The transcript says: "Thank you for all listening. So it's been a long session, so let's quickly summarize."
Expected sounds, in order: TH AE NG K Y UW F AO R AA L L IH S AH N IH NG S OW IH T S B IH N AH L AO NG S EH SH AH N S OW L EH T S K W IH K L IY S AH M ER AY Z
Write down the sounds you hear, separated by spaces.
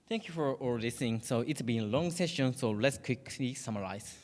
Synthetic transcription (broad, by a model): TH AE NG K Y UW F AO R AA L L IH S AH N IH NG S OW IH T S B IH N AH L AO NG S EH SH AH N S OW L EH T S K W IH K L IY S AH M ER AY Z